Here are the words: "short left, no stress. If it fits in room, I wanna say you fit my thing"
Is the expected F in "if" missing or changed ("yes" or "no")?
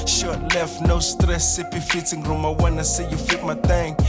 yes